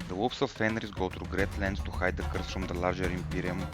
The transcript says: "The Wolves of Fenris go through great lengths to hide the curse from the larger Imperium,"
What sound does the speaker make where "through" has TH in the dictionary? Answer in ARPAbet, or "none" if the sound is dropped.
T